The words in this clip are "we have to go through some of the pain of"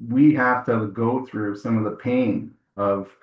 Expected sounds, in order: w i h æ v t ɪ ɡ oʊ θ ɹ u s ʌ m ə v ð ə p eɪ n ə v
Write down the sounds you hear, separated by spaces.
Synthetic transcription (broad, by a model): w i h æ f t ɪ ɡ oʊ θ ɹ u s ʌ m ə v ð ə p eɪ n ə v